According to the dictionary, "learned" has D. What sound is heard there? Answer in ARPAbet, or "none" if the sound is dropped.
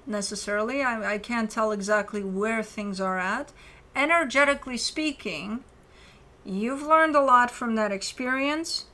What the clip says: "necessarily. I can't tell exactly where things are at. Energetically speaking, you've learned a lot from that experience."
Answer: D